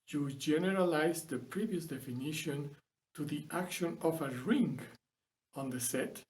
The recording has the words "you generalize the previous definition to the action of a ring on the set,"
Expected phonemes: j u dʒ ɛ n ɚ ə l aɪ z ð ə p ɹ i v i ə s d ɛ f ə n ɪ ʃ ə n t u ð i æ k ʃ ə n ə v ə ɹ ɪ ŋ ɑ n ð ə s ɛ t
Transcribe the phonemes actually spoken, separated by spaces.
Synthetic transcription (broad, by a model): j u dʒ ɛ n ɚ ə l aɪ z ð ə p ɹ i v i ə s d ɛ f ə n ɪ ʃ ə n t u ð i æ k ʃ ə n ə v ə ɹ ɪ ŋ ɑ n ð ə s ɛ t